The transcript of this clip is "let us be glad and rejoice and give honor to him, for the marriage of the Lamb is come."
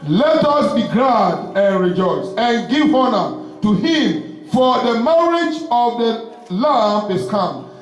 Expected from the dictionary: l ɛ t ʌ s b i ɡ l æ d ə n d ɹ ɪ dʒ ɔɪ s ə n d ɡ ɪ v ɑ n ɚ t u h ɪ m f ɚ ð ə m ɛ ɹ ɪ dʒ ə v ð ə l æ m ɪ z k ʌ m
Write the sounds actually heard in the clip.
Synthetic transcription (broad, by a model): l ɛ t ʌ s b i ɡ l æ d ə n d ɹ ɪ dʒ ɔɪ s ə n ɡ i v ɑ n ɚ t u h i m f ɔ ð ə m ɛ ɹ ɪ dʒ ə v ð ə l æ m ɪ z k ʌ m